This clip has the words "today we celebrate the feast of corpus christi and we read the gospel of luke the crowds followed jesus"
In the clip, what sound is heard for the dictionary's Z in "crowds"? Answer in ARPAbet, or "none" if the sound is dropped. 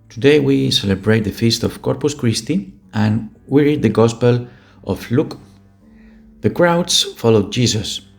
S